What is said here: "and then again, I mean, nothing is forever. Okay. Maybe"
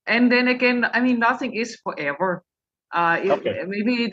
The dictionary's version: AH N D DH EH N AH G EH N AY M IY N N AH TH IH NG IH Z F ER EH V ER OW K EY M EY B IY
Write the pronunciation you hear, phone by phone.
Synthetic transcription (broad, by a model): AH N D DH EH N AH G EH N AY M IY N N AH TH IH NG IH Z F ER EH V ER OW IH M EY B IY